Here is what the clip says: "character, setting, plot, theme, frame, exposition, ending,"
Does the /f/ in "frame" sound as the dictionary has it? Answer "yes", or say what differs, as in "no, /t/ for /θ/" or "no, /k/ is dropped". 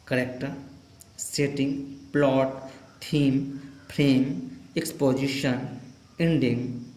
no, /p/ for /f/